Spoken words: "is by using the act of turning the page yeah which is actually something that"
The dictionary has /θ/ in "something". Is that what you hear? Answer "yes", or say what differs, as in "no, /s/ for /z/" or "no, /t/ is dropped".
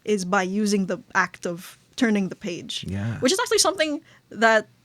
yes